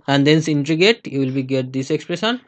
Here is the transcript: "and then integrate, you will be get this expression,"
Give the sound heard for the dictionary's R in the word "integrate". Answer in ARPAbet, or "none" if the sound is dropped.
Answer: none